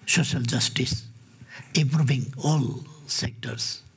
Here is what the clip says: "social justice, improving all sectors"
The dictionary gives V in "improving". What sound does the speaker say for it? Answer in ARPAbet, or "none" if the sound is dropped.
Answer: B